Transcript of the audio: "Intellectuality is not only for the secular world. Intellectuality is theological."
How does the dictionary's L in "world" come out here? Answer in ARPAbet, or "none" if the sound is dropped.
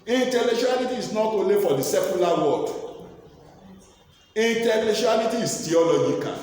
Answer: none